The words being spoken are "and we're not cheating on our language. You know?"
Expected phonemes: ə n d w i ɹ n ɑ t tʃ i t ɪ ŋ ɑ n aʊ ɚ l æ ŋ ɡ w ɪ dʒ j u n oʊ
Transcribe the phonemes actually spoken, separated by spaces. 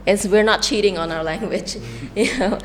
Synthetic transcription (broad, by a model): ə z w i ɹ n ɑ t tʃ i t ɪ ŋ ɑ n aʊ ɚ l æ ŋ ɡ w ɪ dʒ j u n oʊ